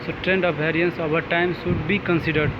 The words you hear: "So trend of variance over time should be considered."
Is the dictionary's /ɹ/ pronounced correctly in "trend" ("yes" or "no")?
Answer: yes